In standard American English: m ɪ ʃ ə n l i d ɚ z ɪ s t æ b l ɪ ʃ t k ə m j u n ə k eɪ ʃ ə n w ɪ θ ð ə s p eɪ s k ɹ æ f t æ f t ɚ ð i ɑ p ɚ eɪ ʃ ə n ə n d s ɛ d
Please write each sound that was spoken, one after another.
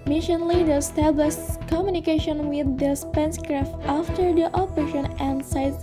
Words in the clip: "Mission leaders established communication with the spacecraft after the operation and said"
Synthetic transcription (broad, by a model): m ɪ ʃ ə n l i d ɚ ɪ s t æ b l ɪ ʃ t k ə m j u n ə k eɪ ʃ ə n w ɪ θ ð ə s p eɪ s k ɹ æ f t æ f t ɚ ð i ɑ p ɚ eɪ ʃ ə n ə n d s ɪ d